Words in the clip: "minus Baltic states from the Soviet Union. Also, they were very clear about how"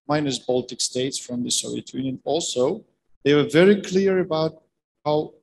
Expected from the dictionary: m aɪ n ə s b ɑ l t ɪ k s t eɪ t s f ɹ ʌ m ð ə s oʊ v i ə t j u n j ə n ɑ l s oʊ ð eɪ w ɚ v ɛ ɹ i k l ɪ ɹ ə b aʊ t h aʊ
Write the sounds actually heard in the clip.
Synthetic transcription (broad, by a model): m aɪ n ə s b ɑ l t ɪ k s t eɪ t s f ɹ ʌ m ð ə s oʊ i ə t j u n j ə n ɑ l s oʊ ð eɪ w ɚ v ɛ ɹ i k l ɪ ɹ ə b aʊ t h aʊ